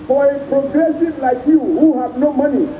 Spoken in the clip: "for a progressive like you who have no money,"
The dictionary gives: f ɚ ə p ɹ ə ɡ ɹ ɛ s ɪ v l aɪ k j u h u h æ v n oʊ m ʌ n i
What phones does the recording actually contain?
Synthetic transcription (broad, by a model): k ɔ ə p ɹ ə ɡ ɹ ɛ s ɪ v l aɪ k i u h u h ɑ p n oʊ m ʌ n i